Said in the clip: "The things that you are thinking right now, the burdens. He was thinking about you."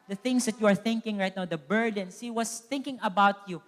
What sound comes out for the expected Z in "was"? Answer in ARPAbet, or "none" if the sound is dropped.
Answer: S